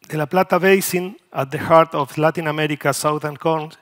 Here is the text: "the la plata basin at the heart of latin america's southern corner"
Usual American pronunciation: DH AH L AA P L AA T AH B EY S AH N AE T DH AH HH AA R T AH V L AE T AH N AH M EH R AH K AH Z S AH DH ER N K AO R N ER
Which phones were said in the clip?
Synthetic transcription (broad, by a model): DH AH L AA P L AA T AH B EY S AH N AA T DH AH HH AA R T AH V L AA T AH N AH M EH R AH K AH S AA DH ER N K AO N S